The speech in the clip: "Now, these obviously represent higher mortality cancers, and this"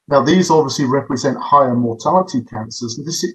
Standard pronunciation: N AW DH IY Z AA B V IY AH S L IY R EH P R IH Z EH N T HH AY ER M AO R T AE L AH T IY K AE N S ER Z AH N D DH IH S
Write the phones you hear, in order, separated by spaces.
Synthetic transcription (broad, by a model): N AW DH IY Z AA B V IY AH S L IY R EH P R IH Z EH N T HH AY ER M AO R T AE L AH T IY K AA N S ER Z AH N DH IH S